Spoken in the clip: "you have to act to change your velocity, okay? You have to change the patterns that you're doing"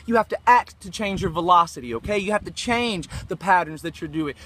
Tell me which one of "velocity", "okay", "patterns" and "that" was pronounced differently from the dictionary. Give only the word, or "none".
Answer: none